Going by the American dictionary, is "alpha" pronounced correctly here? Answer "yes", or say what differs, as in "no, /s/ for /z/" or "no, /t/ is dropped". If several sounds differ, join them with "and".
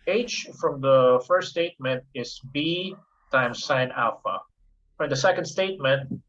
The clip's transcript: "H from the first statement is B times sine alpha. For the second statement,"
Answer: yes